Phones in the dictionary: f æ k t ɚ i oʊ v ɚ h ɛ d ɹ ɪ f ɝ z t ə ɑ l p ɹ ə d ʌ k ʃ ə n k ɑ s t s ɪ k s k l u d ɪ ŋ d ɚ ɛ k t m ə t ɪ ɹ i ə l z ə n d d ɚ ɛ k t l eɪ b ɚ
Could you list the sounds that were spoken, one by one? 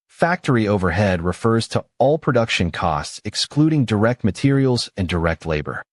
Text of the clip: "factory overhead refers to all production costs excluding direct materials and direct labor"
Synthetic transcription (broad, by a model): f æ k t ɚ i oʊ v ɚ h ɛ d ɹ ɪ f ɝ z t ə ɑ l p ɹ ə d ʌ k ʃ ə n k ɑ s t s ɪ k s k l u d ɪ ŋ d ɚ ɛ k t m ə t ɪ ɹ i l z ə n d d ɚ ɛ k t l eɪ b ɚ